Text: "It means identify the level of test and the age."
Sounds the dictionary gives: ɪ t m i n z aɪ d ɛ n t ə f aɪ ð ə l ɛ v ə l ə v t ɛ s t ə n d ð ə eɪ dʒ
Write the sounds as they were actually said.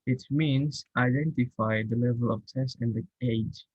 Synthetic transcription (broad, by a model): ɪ t m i n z aɪ d ɛ n t ə f aɪ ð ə l ɛ v ə l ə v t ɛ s ə n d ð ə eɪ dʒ